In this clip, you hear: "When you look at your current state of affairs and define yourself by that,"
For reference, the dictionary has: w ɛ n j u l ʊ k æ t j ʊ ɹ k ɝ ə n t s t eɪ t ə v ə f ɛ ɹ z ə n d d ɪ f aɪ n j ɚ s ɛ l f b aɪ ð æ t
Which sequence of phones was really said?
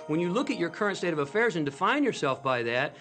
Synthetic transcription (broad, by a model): w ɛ n j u l ʊ k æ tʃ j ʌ ɹ k ɝ ə n t s t eɪ t ə v ə f ɛ ɹ z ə n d d ɪ f aɪ n j ɚ s ɛ l f b aɪ ð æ t